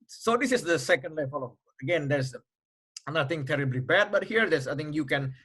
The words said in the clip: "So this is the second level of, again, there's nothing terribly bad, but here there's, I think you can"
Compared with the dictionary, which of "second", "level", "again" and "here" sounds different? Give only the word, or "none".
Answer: level